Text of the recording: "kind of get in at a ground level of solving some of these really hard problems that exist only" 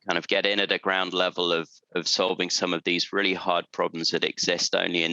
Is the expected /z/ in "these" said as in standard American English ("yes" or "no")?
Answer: yes